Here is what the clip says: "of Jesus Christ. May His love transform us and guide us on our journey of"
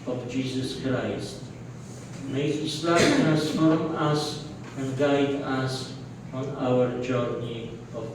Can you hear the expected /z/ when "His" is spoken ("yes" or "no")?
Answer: no